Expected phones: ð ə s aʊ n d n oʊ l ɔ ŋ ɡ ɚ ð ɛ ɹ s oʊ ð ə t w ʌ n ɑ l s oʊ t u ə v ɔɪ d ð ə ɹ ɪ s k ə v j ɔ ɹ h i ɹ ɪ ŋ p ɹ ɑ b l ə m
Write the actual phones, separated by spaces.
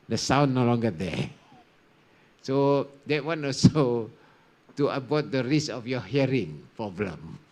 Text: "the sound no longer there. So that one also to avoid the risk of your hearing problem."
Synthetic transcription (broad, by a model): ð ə s aʊ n n oʊ l ɔ ŋ ɡ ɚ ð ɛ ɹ s oʊ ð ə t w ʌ n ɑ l s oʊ t u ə b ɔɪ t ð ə ɹ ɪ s ə f j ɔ h i ɹ ɪ ŋ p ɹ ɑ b l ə m